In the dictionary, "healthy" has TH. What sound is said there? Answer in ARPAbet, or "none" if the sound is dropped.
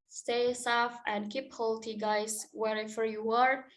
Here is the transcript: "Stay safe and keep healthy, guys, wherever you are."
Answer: T